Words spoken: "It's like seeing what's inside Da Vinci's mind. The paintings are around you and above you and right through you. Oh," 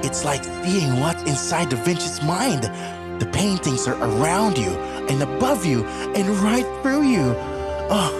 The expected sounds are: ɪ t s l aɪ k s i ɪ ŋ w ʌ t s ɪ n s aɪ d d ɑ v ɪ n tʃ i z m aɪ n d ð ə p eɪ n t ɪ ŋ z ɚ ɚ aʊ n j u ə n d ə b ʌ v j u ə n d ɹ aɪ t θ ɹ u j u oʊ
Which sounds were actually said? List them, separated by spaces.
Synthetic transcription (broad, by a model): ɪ t s l aɪ k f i ɪ ŋ w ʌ t ɪ n s aɪ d d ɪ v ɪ n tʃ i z m aɪ n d ð ə p eɪ n t ɪ ŋ z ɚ ɚ aʊ n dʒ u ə n ə b ʌ v j u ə n ɹ aɪ t θ ɹ u j u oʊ